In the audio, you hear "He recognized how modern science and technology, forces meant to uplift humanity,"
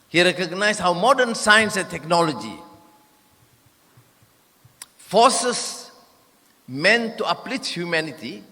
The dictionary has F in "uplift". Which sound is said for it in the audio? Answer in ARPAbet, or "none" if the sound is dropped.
none